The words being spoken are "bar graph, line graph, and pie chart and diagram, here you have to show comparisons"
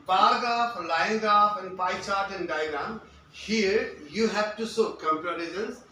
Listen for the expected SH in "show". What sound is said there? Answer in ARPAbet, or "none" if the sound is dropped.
S